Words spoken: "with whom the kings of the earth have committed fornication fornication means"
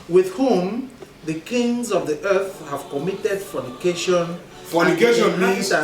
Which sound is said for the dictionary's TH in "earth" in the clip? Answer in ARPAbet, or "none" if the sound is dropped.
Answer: TH